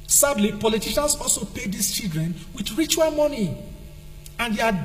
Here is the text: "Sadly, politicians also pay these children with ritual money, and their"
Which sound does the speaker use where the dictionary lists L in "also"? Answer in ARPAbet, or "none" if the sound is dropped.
L